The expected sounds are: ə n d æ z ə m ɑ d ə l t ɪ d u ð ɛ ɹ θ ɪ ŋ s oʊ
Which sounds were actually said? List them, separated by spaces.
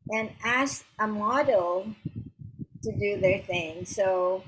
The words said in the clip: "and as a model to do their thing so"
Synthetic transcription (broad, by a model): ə n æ s ə m ɑ d l t ɪ d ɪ ð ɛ ɹ θ ɪ ŋ s oʊ